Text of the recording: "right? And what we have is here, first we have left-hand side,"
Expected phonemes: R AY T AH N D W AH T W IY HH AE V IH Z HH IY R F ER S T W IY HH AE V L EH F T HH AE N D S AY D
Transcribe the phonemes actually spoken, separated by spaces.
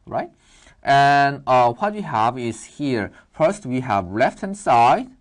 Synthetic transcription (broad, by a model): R AY T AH N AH W AH T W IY HH AE V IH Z HH IY R F ER S T W IY HH AE V L EH F T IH N S AY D